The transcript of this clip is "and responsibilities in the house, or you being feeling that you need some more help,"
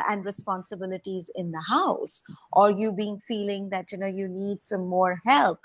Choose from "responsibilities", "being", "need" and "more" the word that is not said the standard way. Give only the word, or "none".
none